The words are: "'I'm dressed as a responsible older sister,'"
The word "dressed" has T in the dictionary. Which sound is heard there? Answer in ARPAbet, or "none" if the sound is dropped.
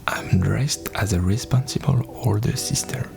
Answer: T